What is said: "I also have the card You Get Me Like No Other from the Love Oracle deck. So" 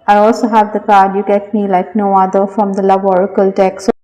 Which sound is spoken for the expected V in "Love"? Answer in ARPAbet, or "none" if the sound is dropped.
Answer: B